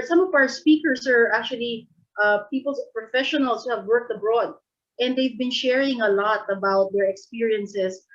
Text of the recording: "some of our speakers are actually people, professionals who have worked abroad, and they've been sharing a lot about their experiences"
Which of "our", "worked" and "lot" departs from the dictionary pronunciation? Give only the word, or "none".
none